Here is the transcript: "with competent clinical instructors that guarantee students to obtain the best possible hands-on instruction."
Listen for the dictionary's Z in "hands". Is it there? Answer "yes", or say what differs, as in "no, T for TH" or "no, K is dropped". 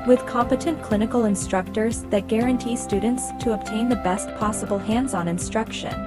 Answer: yes